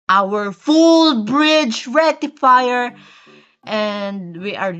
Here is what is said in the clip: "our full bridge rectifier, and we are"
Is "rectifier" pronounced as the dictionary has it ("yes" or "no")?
no